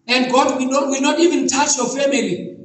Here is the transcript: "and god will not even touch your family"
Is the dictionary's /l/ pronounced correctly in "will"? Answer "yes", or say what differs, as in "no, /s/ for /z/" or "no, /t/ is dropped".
no, /w/ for /l/